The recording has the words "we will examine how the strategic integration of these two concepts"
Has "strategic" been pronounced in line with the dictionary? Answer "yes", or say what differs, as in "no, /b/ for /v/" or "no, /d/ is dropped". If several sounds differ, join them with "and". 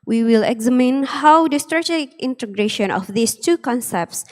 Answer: no, /dʒ/ is dropped